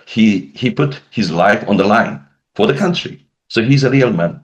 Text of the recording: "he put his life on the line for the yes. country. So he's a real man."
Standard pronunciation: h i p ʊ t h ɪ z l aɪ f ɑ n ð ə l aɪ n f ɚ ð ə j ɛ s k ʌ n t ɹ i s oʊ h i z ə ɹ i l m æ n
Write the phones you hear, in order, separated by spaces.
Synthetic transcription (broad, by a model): h i p ʊ t h ɪ z l aɪ f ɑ n ð ə l aɪ n f ɚ ð ə k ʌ n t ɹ i s oʊ h i z ə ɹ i l m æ n